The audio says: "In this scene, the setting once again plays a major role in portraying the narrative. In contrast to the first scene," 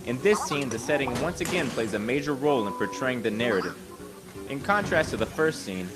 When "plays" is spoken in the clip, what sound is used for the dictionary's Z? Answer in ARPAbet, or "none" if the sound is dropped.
Z